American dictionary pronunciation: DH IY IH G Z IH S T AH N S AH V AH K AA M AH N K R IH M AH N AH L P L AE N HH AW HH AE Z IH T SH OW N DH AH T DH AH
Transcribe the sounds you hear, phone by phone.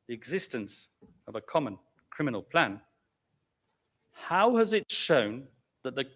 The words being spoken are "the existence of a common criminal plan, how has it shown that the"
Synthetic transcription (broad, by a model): DH IY IH G Z IH S T AH N S AH V AH K AA M AH N K R IH M AH N AH L P L AE N HH AW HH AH Z IH T SH OW N DH AH T DH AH